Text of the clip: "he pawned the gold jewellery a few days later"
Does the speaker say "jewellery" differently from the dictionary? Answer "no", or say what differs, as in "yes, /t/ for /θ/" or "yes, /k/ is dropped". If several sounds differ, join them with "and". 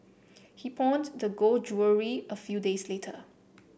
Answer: yes, /l/ is dropped